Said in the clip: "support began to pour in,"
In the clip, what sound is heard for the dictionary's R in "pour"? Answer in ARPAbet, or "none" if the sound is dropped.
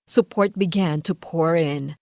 R